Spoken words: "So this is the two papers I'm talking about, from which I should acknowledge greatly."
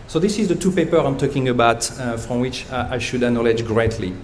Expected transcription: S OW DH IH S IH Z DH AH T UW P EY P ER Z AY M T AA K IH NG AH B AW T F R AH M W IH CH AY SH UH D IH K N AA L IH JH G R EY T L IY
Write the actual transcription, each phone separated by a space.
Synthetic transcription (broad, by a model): S OW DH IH S IH Z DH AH T UW P EY P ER AY M T AA K IH NG AH B AW T F R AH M W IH CH AY SH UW D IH N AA L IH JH G R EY T L IY